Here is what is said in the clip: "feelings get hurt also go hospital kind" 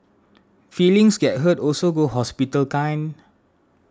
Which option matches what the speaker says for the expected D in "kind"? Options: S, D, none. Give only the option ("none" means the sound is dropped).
none